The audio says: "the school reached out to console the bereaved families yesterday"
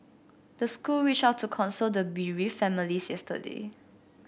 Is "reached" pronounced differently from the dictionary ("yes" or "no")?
yes